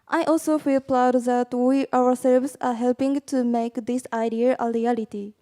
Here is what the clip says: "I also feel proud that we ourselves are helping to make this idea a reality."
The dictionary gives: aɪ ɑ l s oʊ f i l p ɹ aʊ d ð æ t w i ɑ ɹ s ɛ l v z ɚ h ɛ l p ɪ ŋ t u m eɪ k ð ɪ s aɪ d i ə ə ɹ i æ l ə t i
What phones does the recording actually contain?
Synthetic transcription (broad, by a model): aɪ ɑ l s oʊ f i l p l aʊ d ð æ t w i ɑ w s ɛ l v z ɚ h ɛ l p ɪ ŋ t u m eɪ k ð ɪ s aɪ d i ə ə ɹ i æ l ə t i